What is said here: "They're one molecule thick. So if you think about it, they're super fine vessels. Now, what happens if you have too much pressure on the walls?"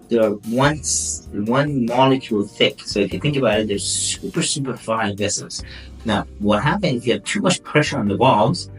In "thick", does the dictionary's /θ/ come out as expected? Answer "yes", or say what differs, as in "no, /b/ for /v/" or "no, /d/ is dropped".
yes